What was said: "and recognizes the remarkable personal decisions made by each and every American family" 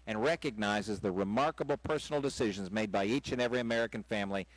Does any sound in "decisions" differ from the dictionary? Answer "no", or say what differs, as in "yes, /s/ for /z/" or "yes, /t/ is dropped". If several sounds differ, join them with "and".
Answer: no